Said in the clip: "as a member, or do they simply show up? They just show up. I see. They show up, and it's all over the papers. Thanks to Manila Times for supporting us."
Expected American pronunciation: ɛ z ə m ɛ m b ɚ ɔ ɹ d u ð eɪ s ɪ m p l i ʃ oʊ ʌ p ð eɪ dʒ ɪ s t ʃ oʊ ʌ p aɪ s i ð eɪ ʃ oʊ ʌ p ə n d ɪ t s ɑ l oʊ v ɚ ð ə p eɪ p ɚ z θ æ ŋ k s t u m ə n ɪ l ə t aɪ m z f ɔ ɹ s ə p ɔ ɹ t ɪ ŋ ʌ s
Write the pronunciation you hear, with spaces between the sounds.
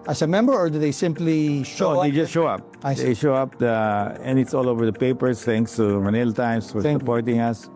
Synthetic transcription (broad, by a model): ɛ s m ɛ m b ɚ ɔ ɹ d u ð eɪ s ɪ m p l i ʃ oʊ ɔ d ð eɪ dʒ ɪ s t ʃ oʊ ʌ p aɪ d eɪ ʃ oʊ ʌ p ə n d ɪ t s ɑ l oʊ v ɚ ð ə p eɪ p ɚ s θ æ ŋ k s t u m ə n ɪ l t aɪ m s f ɔ ɹ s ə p ɔ ɹ t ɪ ŋ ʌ s